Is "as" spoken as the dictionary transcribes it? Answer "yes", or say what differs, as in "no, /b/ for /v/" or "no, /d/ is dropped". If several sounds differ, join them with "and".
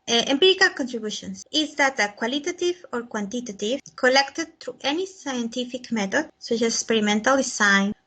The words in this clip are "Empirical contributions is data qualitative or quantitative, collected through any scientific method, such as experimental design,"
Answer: no, /s/ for /z/